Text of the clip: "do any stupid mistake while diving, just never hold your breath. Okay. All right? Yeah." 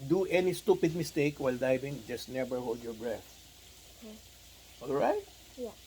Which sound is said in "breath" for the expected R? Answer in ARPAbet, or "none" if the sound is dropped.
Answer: R